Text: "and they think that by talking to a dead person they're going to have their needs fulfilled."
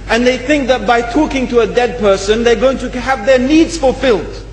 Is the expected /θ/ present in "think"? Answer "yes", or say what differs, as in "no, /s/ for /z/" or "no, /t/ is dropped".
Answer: yes